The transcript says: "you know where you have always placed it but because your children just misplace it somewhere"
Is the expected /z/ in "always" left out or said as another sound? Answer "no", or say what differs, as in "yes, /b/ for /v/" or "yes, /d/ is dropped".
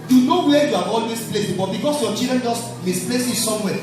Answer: yes, /s/ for /z/